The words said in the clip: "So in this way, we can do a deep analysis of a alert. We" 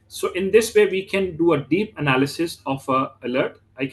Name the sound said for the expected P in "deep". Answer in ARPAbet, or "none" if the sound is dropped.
P